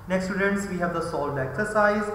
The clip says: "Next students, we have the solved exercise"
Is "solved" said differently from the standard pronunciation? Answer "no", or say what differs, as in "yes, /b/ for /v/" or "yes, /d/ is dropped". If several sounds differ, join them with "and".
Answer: yes, /v/ is dropped